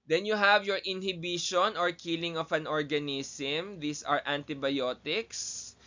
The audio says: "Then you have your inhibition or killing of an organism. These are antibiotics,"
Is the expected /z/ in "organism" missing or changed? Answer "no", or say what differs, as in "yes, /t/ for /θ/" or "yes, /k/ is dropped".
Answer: yes, /s/ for /z/